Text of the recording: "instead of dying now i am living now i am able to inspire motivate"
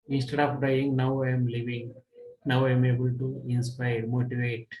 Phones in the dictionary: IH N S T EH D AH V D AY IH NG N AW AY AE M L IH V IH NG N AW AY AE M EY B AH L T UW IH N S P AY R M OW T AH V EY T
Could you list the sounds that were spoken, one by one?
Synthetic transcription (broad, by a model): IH N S T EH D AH P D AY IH NG N AW AY M L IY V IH NG N AW AY M EY B AH L T UW IH N S P AY R M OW T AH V EY T